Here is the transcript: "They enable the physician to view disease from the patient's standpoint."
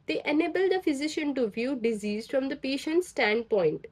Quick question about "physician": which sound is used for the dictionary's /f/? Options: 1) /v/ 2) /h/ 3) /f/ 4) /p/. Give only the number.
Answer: 3